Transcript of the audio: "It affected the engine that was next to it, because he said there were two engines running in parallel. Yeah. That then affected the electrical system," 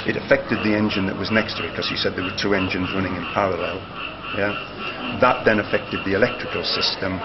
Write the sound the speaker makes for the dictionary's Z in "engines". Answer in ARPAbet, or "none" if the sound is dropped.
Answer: Z